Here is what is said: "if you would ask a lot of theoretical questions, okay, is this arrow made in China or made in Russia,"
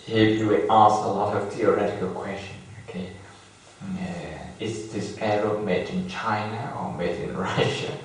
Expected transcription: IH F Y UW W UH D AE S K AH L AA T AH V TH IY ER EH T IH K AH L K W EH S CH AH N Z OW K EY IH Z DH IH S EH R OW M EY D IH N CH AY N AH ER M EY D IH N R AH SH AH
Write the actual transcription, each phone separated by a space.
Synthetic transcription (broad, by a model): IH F Y UW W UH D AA S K AH L AA T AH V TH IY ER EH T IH K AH L K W EH S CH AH N OW K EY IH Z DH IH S EH R OW M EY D IH N CH AY N AH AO M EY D IH N R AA SH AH